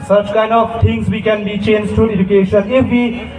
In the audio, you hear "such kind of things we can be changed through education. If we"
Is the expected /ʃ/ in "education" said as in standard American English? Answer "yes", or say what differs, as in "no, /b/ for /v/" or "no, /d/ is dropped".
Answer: yes